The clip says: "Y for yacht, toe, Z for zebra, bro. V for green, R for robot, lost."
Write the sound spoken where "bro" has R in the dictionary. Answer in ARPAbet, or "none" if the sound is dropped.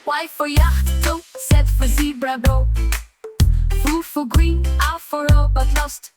none